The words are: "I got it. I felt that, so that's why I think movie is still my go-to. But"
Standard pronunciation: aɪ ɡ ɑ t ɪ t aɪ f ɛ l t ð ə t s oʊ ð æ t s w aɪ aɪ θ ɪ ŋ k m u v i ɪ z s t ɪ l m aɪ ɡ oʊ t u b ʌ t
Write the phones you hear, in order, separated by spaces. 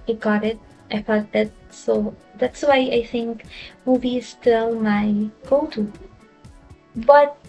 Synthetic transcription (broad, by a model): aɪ ɡ ɑ t ɪ t aɪ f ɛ t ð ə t s oʊ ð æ t s w aɪ aɪ θ ɪ ŋ k m u v i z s t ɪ l m aɪ ɡ oʊ t u b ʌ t